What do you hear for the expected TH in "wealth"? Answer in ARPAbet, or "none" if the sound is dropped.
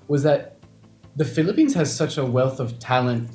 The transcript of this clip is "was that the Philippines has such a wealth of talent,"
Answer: TH